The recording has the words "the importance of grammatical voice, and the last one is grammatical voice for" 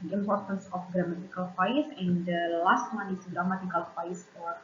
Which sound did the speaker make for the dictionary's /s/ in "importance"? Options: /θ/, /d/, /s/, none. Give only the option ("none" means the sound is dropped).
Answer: /s/